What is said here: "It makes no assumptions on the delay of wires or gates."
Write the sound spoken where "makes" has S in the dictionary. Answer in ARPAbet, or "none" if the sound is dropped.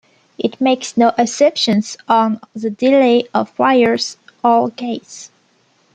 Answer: S